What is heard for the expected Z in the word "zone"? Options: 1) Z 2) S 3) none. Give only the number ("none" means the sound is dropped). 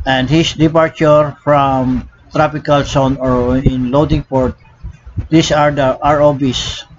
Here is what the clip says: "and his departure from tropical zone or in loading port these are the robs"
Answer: 2